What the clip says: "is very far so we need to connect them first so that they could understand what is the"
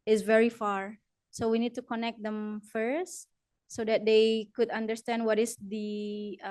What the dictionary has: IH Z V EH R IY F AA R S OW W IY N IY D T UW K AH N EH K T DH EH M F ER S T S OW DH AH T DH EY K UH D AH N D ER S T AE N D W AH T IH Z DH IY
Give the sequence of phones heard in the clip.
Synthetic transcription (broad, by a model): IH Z V EH R IY F AA R S OW W IY N IY D T UW K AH N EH K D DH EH M F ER S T S OW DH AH T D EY K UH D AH N D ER S T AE N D W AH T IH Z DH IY